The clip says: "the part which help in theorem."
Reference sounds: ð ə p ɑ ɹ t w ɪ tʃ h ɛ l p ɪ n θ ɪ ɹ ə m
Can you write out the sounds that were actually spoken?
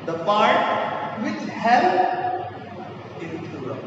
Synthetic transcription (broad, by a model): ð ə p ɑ ɹ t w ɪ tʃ h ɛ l ɪ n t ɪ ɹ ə